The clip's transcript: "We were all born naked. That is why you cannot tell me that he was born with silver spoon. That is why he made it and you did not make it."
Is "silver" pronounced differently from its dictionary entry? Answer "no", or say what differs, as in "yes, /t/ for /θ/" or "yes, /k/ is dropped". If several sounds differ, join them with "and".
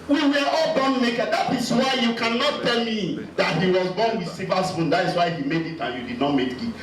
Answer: yes, /l/ is dropped